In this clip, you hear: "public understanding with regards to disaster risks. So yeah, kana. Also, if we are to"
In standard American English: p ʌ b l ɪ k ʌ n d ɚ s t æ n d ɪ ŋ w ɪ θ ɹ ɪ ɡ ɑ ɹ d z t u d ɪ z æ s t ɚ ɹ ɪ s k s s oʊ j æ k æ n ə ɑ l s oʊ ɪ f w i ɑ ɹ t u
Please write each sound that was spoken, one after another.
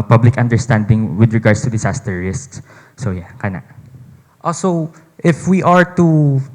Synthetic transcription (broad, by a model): p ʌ b l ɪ k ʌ n d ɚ s t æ n d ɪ ŋ w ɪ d ɹ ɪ ɡ ɑ ɹ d s t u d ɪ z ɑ s t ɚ ɹ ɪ s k s s oʊ j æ k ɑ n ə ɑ s oʊ ɪ f w i ɑ ɹ t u